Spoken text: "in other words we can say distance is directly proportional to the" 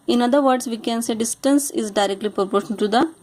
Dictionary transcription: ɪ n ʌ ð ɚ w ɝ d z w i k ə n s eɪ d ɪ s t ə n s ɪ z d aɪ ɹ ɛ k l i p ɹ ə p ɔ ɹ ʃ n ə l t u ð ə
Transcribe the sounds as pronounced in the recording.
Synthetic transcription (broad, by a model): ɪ n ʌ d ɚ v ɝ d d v i k ə n s eɪ d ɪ s t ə n s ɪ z d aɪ ɹ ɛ k l i p ɹ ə p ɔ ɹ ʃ ə n t u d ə